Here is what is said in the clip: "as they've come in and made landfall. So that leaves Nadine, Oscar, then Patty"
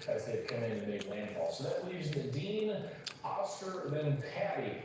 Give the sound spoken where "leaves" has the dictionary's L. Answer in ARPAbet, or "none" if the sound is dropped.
W